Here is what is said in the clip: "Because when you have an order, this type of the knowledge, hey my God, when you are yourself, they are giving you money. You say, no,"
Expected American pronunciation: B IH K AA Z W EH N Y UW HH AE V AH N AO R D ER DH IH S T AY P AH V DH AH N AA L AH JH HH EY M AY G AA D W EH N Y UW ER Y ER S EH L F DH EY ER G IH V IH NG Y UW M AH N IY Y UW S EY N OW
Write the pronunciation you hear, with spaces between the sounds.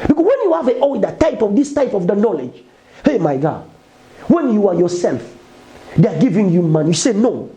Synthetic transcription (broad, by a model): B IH K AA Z W EH N Y UW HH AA V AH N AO L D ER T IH S T AY P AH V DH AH N AA L AH JH HH EY M AY G AA D W EH N Y UW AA Y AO S EH L F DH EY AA G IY V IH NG Y UW M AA N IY Y UW S EY N OW